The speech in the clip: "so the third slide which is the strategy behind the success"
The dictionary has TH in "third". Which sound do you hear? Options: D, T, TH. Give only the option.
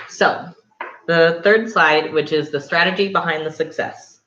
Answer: TH